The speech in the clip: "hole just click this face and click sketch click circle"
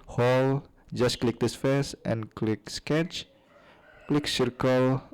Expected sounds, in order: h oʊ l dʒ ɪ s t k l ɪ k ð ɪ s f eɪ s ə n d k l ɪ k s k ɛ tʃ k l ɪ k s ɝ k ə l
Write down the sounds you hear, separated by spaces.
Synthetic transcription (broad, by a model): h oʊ l dʒ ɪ s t k l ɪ k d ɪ s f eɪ s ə n k l ɪ k s k ɛ tʃ k l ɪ k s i k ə l